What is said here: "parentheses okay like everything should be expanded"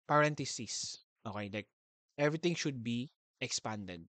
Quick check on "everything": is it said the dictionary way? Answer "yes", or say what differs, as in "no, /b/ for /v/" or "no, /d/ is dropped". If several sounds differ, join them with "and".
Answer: no, /t/ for /θ/